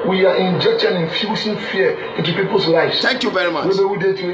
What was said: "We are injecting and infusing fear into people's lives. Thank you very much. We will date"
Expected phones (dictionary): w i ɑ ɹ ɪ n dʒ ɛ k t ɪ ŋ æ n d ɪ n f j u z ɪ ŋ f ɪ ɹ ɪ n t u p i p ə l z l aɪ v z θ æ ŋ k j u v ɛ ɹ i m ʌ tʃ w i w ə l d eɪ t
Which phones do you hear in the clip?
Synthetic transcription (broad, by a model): w i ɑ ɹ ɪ n dʒ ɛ k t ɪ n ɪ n f j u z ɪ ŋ f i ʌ ɪ n t u p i p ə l s l aɪ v s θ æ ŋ k j u v ɛ ɹ i m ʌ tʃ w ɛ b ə w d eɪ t